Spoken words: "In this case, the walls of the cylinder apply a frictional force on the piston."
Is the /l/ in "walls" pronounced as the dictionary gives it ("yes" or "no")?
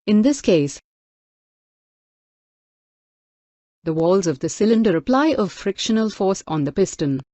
yes